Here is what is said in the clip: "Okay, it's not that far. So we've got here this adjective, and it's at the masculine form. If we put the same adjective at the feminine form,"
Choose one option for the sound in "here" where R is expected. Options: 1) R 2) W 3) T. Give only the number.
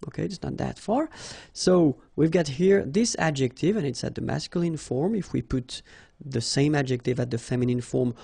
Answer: 1